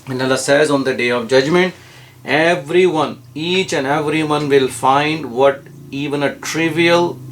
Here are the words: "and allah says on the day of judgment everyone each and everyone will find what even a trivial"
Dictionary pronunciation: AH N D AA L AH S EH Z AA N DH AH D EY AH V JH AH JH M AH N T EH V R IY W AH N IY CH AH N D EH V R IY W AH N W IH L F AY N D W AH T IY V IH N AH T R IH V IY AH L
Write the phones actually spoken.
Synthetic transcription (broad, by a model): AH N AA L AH S EH Z AA N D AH D EY AH V JH AH JH M AH N T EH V R IY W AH N IY CH AH N D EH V R IY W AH N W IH L F AY N D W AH T IY V IH N AH T R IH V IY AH L